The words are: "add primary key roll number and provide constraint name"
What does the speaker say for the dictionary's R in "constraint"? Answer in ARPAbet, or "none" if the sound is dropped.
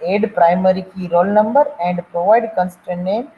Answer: none